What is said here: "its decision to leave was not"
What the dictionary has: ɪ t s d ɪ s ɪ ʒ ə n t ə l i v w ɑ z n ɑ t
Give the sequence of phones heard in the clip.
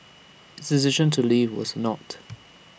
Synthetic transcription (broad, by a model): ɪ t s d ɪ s ɪ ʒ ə n t ə l i v w ɑ z n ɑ t